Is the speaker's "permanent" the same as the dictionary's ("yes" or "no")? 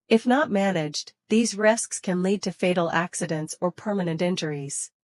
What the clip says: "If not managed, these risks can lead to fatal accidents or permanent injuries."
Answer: yes